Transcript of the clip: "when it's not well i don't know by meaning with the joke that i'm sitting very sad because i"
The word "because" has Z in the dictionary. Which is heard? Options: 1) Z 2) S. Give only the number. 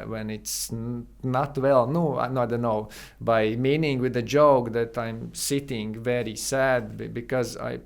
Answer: 1